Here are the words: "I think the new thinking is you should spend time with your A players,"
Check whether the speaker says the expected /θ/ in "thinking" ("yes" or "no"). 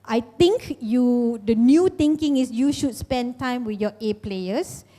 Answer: no